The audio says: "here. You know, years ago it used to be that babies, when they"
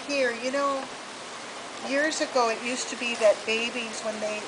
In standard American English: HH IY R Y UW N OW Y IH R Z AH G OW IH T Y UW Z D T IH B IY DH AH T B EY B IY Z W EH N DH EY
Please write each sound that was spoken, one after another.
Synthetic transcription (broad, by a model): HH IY R Y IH N OW Y IH R Z AH G OW IH T Y UW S T IH B IY DH AH T B EY B IY Z W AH N DH EY